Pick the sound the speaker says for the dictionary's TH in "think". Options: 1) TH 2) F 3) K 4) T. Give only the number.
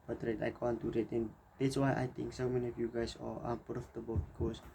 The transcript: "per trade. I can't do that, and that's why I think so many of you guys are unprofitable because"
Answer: 4